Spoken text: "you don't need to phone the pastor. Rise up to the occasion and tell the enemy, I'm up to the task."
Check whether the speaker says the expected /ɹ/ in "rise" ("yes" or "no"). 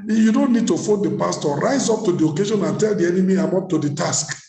yes